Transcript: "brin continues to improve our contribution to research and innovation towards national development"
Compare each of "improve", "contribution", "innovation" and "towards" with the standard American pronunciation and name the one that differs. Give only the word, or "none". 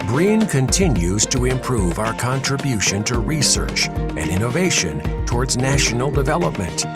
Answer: none